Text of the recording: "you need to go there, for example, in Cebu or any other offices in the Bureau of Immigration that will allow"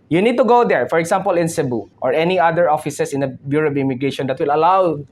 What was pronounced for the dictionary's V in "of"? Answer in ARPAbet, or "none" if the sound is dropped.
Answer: B